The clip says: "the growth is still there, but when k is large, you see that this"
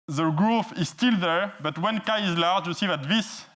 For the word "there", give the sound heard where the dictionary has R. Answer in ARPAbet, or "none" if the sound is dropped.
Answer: R